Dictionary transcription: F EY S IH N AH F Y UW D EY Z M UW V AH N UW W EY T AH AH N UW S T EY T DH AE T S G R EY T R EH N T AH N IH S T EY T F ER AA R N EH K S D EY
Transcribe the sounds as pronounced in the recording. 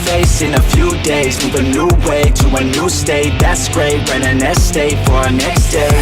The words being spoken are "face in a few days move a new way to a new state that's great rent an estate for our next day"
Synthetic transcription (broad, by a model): F EY S IH N AH F Y UW D EY Z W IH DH AH N UW W EY T AH AH N UW S T EY T DH AE T S G R EY T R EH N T AH N IH S T EY T F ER R N EH K S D EY